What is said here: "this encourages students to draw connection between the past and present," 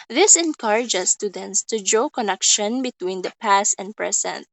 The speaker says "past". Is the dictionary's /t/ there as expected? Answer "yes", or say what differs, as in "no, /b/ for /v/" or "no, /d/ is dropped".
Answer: yes